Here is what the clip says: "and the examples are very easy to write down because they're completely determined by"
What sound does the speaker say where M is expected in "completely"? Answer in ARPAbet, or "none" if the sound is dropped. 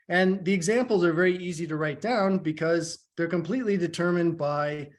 M